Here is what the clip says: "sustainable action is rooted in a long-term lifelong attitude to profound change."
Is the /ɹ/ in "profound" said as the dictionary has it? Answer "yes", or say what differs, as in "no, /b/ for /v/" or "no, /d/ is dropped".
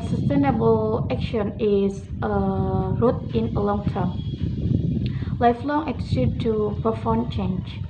no, /ɹ/ is dropped